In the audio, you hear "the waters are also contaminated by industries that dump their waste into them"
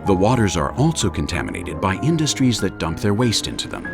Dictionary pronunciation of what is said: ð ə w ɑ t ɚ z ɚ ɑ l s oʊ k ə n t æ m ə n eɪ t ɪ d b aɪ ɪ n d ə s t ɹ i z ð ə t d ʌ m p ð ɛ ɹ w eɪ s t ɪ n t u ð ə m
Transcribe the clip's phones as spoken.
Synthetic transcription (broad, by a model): ð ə w ɑ t ɚ z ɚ ɑ l s oʊ k ə n t æ m ə n eɪ t ɪ d b aɪ ɪ n d ə s t ɹ i z ð ə t d ʌ m p ð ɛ ɹ w eɪ s t ɪ n t u ð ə m